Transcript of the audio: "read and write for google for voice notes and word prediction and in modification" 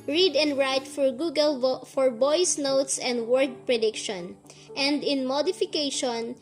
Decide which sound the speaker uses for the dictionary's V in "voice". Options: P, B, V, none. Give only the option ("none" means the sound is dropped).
B